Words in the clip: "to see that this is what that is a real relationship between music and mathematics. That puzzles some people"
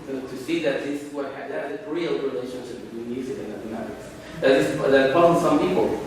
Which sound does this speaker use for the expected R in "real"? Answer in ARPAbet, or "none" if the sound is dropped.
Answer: R